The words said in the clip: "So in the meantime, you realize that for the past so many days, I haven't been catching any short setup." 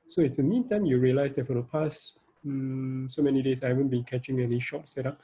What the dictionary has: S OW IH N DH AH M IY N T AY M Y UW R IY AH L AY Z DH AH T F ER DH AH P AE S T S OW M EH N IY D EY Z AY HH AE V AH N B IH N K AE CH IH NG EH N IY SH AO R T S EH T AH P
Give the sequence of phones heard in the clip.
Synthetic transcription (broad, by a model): S OW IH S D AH M IY N T AY M Y UW R IY AH L AY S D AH T F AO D AH P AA S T S OW M EH N IY D EY S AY HH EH V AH N B IH N K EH CH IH NG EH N IY SH AO T S EH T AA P